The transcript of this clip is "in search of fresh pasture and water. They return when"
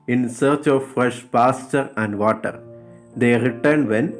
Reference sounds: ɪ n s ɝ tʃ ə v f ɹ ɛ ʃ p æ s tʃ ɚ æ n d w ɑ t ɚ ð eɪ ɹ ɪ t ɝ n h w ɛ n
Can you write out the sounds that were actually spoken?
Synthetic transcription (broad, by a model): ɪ n s ɝ tʃ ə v f ɹ ɛ ʃ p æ s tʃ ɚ æ n d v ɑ t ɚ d eɪ ɹ ɪ t ɝ n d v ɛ n